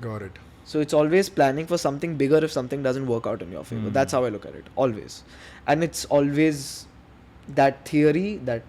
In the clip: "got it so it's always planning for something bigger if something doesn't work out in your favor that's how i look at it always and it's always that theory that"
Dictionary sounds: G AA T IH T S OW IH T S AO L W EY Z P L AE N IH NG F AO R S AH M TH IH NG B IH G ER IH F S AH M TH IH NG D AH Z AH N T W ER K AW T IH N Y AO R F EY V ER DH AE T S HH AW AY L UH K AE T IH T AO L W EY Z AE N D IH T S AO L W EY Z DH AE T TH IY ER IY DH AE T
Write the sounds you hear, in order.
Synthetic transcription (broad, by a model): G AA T IH T S OW IH T S AO L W EY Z P L AE N IH NG F AO R S AH M T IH NG B IH G ER IH F S AH M T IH NG D AH Z AH N T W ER K AW T IH N Y AO R F EY V ER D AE T S HH AW AY L UH K AE T IH T AO L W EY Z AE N D IH T S AO L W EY Z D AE T T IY ER IY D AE T